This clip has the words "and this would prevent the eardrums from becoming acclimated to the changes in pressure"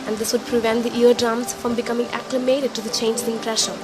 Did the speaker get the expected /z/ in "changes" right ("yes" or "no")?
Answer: no